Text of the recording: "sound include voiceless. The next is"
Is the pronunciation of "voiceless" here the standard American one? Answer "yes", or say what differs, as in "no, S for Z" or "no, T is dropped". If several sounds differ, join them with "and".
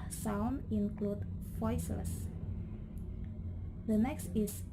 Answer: no, L is dropped